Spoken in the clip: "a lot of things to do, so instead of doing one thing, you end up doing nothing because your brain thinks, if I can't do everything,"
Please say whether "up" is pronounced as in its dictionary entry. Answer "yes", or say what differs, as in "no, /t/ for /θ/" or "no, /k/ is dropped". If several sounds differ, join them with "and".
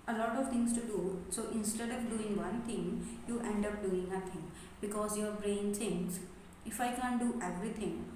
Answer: yes